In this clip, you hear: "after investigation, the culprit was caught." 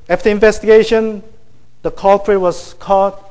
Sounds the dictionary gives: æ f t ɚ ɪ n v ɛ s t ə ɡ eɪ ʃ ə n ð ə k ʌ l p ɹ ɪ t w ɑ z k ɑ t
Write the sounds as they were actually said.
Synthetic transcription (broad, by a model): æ f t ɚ ɪ n v ɛ s t ə ɡ eɪ ʃ ə n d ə k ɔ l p ɹ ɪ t w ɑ s k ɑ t